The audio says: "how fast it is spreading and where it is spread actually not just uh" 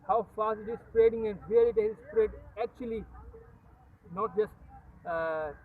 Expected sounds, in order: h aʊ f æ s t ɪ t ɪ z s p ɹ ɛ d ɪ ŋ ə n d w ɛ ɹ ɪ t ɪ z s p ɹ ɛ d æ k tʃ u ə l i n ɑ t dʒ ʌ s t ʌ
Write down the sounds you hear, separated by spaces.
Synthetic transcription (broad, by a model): h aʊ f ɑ s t ɪ t ɪ z s p ɹ ɛ d ɪ ŋ ə n d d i l ɪ t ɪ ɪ s p ɹ ɛ d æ k tʃ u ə l i n ɑ t dʒ ʌ s t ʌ